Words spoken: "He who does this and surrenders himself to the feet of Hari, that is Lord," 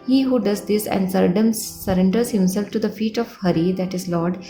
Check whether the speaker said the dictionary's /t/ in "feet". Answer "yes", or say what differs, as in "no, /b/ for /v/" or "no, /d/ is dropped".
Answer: yes